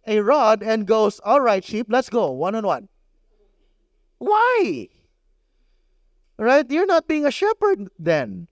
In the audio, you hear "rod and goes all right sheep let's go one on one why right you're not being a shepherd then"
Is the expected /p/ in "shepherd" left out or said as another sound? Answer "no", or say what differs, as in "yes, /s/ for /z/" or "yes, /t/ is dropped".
no